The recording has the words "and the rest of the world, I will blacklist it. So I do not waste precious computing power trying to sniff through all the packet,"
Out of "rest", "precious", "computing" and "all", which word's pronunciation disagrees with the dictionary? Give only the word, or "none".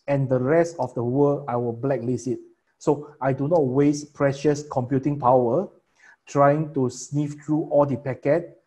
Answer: none